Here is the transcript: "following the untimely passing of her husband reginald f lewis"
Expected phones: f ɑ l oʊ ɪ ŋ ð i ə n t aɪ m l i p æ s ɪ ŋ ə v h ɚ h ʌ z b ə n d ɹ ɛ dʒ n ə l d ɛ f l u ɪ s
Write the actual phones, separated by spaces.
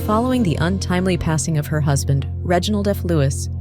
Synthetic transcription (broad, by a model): f ɑ l oʊ ɪ ŋ ð i ə n t aɪ m l i p æ s ɪ ŋ ə v ɚ h ʌ z b ə n d ɹ ɛ dʒ n l d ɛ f l u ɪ s